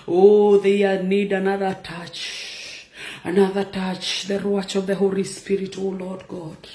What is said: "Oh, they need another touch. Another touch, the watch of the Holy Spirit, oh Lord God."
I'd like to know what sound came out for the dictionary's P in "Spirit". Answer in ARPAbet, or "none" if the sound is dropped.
P